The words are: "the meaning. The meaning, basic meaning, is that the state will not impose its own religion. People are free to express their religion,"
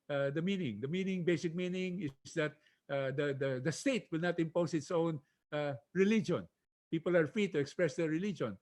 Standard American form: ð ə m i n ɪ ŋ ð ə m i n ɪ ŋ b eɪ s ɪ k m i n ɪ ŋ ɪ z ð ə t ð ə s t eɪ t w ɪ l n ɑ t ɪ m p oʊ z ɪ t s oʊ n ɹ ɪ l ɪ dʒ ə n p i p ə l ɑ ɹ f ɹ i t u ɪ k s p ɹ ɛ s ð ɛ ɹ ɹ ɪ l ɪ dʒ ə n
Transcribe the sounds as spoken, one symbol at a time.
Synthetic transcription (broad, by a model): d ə m i n ɪ ŋ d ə m i n ɪ ŋ b eɪ s ɪ k m i n ɪ ŋ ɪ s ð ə t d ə s t eɪ t w ɪ l n ɑ t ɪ m p oʊ s ɪ t s oʊ n ɹ ɪ l ɪ dʒ ə n p i p ə l ɑ ɹ f ɹ i t u ɪ k s p ɹ ɛ s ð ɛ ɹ ɹ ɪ l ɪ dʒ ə n